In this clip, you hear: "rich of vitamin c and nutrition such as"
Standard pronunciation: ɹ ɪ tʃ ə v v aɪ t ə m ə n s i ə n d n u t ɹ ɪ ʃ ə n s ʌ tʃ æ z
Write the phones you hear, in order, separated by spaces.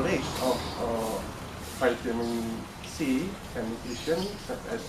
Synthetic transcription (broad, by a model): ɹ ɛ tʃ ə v f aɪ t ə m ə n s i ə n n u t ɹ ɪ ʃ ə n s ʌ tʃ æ